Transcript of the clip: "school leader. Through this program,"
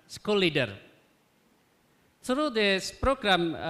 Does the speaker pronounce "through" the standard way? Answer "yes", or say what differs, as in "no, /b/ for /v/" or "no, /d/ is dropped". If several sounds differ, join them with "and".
no, /s/ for /θ/